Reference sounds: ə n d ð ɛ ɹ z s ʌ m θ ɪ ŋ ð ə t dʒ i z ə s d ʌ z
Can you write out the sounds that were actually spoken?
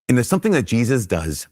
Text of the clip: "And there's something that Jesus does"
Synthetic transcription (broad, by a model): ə n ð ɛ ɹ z s ʌ m θ ɪ ŋ ð ə t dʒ i z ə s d ʌ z